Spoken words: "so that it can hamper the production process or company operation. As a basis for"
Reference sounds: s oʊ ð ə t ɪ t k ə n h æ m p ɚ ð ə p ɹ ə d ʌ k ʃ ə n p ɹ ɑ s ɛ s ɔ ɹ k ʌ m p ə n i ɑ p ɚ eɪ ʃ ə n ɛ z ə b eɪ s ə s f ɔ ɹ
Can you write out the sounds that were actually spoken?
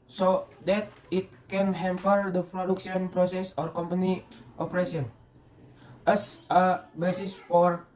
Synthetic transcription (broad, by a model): s oʊ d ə t ɪ t k ə n h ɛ m p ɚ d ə p ɹ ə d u k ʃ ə n p ɹ ɑ s ɛ s ɔ ɹ k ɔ m p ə n i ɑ p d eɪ s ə n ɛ s ə b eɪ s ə s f ɔ ɹ